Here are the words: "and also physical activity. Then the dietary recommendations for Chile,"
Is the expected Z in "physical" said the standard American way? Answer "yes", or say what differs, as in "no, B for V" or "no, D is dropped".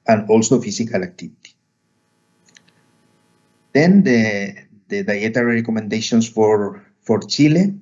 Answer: no, S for Z